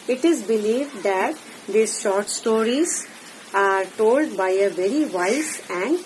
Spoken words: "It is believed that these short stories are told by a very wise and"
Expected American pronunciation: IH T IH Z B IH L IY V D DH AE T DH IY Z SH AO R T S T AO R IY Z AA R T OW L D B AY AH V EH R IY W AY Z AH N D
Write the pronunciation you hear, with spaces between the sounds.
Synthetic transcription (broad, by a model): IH T IH Z B IH L IY V D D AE T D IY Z SH AO R T S T AO R IY Z AA R T OW L D B AY AH V EH R IY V AY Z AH N D